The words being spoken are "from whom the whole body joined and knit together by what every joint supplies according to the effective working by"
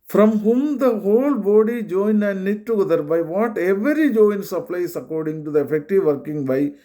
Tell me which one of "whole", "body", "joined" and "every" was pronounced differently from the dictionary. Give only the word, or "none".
joined